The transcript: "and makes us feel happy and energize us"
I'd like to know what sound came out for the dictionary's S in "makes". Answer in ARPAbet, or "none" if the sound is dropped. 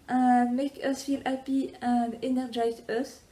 none